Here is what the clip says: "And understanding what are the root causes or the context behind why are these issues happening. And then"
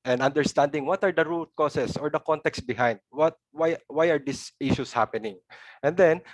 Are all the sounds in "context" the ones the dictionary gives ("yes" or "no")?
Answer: yes